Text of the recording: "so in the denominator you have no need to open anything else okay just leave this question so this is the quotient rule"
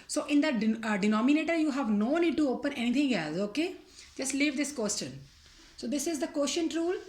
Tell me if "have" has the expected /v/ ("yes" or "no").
yes